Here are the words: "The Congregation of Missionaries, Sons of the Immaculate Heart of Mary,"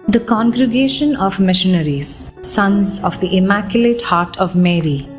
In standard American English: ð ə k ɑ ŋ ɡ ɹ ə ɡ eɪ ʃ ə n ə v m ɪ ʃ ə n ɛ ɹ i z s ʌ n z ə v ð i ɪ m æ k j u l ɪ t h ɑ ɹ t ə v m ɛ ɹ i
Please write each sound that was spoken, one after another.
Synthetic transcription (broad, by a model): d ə k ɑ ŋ ɡ ɹ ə ɡ eɪ ʃ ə n ə v m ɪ ʃ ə n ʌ ɹ i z s ʌ n z ə v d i ɪ m æ k j u l ɪ t h ɑ ɹ t ə v m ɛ ɹ i